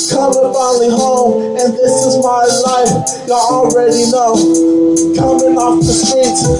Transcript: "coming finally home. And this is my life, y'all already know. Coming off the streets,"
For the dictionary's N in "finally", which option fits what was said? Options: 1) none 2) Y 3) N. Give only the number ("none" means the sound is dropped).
1